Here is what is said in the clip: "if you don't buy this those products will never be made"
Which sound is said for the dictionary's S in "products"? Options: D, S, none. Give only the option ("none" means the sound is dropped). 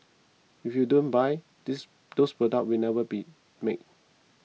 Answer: none